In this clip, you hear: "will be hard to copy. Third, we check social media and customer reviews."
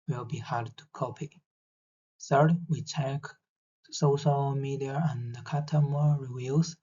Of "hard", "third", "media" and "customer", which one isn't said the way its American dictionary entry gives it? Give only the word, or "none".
customer